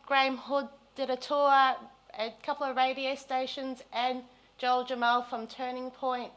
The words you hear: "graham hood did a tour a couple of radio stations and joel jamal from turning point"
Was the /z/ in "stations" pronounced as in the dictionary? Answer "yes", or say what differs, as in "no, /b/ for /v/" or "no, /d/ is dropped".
yes